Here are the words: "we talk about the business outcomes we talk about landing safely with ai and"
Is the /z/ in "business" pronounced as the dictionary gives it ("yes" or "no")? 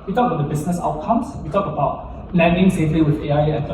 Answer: no